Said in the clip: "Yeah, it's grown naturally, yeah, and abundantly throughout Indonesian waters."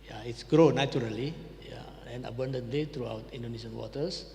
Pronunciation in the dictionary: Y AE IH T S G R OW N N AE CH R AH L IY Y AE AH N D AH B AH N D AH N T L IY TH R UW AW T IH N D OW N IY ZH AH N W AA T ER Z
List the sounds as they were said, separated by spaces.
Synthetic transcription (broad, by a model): Y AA IH T S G R OW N N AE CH R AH L IY Y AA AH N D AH B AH N D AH N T L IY T R UW AW T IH N D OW N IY SH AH N W AA T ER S